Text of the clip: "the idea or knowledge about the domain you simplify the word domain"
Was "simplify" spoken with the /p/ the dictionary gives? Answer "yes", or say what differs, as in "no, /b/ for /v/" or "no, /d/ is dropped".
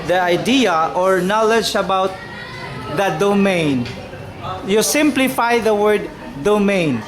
yes